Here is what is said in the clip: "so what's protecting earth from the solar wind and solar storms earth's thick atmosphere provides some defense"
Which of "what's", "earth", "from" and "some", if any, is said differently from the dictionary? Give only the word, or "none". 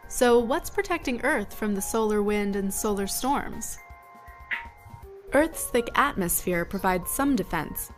none